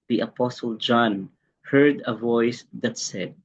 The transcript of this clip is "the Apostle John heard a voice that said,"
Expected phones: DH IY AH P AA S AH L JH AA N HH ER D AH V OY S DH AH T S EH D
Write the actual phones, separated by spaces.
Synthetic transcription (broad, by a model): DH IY AH P AA S AH L JH AA N HH ER D AH V OY S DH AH T S EH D